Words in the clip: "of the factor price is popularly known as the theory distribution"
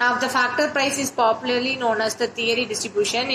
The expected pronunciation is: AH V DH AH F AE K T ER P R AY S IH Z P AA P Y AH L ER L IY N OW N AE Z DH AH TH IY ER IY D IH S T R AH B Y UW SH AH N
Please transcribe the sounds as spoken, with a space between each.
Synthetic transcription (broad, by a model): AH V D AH F AE K T ER P R AY S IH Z P AA P Y AH L ER L IY N OW N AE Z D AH T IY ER IY D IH S T R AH B Y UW SH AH N